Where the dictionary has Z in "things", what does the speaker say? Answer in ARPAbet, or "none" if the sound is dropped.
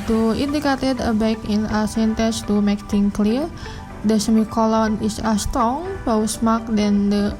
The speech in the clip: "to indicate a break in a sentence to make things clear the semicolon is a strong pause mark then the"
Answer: none